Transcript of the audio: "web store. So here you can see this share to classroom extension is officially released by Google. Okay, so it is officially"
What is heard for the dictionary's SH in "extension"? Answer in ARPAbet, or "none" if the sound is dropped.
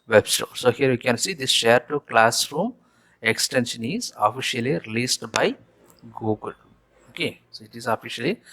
SH